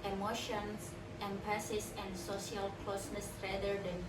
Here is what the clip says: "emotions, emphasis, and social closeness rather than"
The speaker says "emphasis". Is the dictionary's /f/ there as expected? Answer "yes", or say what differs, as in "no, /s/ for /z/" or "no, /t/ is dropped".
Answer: no, /p/ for /f/